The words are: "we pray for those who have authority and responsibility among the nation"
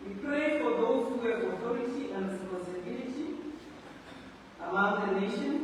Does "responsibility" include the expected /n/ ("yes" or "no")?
no